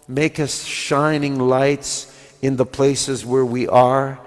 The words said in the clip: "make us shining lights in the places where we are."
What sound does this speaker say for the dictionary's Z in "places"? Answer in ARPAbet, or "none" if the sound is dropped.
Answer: Z